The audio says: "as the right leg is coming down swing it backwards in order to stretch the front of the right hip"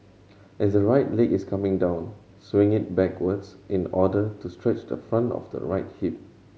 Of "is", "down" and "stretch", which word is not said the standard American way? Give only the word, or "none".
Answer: is